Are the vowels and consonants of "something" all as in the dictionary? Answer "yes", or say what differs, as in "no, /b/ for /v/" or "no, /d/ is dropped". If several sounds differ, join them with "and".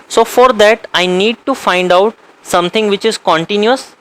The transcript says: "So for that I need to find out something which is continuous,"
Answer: no, /t/ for /θ/